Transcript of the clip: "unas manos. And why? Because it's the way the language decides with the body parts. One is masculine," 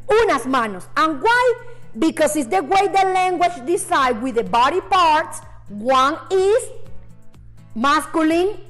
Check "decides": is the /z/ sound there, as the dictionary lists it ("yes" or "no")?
no